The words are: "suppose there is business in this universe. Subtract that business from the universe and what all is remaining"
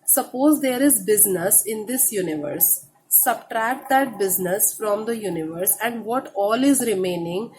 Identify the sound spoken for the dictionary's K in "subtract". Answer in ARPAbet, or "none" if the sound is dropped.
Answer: K